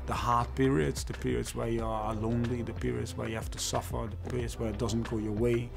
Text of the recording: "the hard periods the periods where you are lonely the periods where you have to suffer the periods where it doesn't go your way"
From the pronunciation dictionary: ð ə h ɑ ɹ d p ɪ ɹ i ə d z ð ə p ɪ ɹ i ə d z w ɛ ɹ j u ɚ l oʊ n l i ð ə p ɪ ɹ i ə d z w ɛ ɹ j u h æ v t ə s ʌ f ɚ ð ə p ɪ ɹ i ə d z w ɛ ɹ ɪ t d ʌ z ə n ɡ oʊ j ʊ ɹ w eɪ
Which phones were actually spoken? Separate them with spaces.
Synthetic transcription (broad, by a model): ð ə h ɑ ɹ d p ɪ ɹ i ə d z ð ə p ɪ ɹ i ə d z w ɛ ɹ j u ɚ l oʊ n l i ð ə p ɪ ɹ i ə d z w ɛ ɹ j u h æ f t ə s ʌ f ɚ ð ə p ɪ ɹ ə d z w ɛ ɹ ɪ t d ʌ z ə n ɡ oʊ j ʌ ɹ w eɪ